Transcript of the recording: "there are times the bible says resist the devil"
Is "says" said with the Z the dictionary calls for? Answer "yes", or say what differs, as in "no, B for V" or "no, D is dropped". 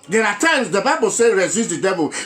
no, Z is dropped